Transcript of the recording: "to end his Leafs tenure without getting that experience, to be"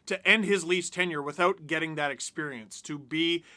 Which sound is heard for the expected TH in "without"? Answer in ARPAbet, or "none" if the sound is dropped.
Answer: TH